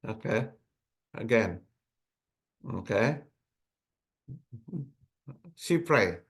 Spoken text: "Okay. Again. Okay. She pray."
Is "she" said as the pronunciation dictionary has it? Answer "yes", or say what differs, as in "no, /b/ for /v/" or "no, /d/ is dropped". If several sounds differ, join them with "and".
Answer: no, /s/ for /ʃ/